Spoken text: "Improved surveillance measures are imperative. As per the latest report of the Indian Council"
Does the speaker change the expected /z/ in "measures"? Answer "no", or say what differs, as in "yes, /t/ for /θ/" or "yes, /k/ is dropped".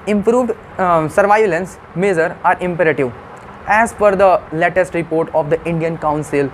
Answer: yes, /z/ is dropped